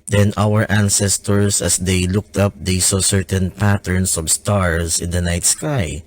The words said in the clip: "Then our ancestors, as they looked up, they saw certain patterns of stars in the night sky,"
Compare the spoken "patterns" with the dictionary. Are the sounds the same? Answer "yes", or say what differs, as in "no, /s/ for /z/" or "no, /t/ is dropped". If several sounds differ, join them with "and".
no, /s/ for /z/